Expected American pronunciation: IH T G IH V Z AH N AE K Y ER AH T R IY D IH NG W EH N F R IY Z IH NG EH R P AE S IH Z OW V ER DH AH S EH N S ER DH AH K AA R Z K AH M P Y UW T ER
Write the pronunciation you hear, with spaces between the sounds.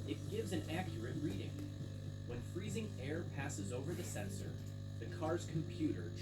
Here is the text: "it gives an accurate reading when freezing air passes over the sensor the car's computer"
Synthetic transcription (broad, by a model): IH T G IH V Z AH N AE K Y ER AH T R IY D IH NG W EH N F R IY Z IH NG EH R P AE S IH Z OW V ER DH AH S EH N S ER DH AH K AA R Z K M P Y UW T ER